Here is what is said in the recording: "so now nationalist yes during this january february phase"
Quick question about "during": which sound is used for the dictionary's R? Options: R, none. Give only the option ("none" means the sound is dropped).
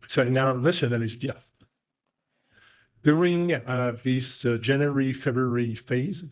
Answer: R